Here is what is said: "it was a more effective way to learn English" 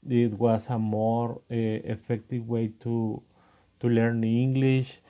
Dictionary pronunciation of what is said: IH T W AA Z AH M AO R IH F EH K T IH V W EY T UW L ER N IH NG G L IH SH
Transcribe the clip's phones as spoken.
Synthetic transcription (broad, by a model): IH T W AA S AH M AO R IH F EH K T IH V W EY T UW L ER N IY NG G L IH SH